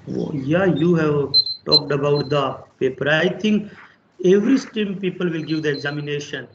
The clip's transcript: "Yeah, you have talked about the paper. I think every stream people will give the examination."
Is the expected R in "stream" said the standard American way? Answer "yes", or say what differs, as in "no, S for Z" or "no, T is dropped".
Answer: no, R is dropped